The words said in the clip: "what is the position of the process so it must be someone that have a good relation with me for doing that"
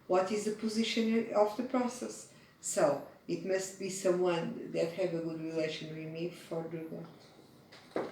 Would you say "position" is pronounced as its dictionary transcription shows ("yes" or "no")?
yes